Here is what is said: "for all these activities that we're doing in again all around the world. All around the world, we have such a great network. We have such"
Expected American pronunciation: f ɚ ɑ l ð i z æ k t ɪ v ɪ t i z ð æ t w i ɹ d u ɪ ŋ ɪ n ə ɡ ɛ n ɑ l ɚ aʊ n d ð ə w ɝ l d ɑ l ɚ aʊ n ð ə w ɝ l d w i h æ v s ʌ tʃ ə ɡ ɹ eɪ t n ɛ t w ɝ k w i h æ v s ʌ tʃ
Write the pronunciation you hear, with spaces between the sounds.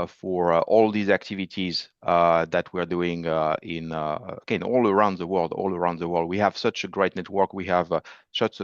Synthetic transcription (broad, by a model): f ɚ ɑ l ð i z æ k t ɪ v ɪ t i z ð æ t w i ɹ d u ɪ ŋ ɪ n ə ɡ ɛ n ɑ l ɚ aʊ n d ð ə w ɝ l d ɑ l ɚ aʊ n ð ə w ɝ l d w i h æ v s ʌ tʃ ə ɡ ɹ eɪ t n ɛ t w ɝ k w i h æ v s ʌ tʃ